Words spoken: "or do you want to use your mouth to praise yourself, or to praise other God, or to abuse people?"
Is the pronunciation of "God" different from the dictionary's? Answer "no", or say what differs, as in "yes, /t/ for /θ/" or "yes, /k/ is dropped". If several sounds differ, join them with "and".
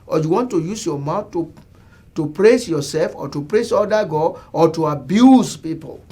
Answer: yes, /d/ is dropped